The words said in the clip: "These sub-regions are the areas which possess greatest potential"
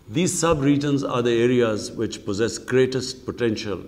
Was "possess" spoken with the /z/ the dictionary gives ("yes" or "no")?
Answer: yes